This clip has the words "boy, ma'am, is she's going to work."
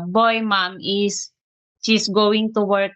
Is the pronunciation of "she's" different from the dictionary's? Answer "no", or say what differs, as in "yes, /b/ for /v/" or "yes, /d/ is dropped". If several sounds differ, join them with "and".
yes, /s/ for /z/